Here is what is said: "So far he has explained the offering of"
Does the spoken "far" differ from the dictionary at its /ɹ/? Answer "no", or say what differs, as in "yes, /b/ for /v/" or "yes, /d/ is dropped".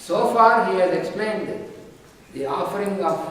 no